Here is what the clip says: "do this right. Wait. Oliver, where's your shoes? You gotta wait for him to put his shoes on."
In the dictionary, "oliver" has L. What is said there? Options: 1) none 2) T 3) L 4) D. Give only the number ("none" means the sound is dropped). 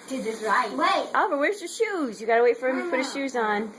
1